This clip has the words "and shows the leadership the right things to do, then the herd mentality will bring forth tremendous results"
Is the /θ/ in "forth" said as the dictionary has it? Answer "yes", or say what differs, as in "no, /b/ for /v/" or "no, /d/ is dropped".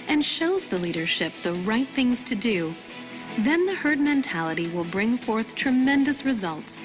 yes